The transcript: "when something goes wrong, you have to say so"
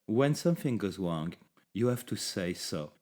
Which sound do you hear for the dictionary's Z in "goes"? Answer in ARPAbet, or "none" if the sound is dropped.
Z